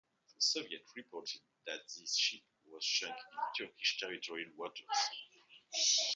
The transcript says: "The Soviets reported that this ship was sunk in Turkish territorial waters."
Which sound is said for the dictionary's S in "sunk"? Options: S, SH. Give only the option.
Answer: SH